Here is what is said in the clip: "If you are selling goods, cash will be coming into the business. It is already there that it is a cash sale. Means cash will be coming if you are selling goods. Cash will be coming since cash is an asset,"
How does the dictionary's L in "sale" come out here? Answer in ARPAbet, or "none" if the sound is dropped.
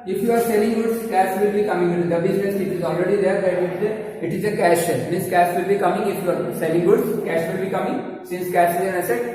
N